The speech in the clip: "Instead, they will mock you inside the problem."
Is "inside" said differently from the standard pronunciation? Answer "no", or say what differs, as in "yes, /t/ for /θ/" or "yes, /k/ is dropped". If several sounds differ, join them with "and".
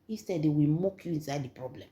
no